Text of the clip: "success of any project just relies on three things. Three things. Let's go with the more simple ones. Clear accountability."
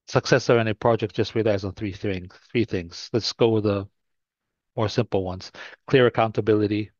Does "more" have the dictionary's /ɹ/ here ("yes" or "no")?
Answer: yes